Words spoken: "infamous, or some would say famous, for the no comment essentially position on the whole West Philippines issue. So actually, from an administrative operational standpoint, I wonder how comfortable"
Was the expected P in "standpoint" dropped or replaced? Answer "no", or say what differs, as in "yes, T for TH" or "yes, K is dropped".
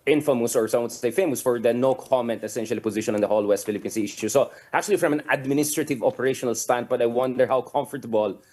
yes, B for P